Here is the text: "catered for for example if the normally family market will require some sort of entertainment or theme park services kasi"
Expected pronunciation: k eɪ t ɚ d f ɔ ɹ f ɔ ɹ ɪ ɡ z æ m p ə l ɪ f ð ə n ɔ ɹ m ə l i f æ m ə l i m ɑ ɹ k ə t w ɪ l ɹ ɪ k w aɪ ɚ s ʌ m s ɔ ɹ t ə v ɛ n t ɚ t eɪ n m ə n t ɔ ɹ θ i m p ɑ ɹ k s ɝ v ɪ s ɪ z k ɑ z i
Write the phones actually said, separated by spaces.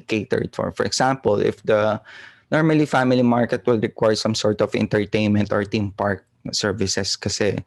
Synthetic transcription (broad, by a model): k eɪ t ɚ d f ɔ ɹ f ɔ ɹ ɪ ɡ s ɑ m p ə l ɪ f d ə n ɔ ɹ m ə l i f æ m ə l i m ɑ ɹ k ə t w ɪ l ɹ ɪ k w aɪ s ʌ m s ɔ ɹ t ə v ɛ n t ɚ t eɪ n m ə n t ɔ ɹ t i m p ɑ ɹ k s ɝ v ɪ s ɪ s k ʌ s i